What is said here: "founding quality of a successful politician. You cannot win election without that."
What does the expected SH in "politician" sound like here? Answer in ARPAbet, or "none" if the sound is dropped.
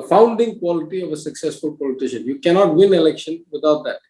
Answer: SH